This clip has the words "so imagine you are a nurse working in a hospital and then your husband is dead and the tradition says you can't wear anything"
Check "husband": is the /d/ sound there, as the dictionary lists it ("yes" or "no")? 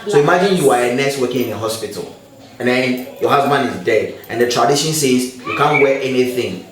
no